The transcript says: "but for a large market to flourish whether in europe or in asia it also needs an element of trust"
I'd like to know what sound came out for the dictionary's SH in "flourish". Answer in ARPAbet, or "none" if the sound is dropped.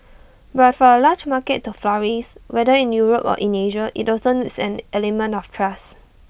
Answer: S